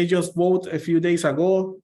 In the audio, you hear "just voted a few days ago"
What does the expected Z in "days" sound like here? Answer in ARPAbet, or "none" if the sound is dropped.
S